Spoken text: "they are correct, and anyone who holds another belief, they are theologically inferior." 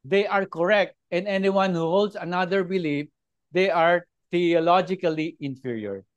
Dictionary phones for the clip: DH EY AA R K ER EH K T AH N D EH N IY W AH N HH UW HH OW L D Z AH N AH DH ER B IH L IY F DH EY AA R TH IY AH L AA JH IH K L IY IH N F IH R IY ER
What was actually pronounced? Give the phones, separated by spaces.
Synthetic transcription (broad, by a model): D EY AA R K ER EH K T AH N D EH N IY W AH N HH UW HH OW L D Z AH N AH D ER B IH L IY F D EY AA R T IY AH L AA JH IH K L IY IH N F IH R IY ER